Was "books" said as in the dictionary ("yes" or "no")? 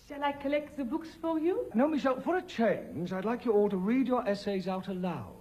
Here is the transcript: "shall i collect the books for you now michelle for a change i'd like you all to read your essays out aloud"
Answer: yes